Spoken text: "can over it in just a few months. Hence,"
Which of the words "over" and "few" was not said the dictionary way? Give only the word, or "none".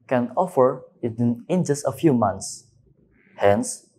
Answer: over